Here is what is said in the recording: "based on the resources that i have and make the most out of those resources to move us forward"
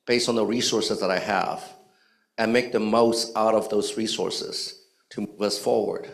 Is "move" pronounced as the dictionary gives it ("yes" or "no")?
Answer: yes